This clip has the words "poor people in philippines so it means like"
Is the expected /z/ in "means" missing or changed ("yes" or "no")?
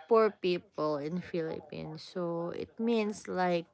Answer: yes